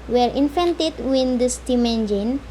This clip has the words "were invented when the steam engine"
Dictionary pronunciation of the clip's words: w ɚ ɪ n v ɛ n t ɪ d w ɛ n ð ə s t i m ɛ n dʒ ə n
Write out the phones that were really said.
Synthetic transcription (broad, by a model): w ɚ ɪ n f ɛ n t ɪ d w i n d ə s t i m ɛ n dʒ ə n